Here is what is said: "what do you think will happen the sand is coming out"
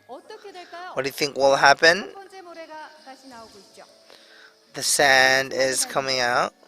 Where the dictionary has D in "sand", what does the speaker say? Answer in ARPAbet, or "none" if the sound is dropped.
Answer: D